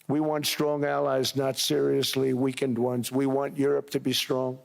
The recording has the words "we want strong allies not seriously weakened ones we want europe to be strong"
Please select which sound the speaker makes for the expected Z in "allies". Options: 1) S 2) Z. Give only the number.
2